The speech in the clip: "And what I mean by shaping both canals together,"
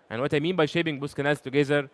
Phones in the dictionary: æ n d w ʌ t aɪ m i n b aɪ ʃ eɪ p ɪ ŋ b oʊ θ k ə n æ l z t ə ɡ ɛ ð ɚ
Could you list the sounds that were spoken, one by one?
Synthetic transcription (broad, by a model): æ n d w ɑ t aɪ m i n b aɪ ʃ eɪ b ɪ ŋ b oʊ s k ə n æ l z t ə ɡ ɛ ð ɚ